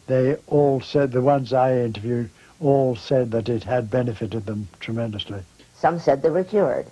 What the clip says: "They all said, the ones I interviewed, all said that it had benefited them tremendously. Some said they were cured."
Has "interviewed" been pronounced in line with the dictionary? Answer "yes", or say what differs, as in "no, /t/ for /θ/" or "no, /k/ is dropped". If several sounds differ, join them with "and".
yes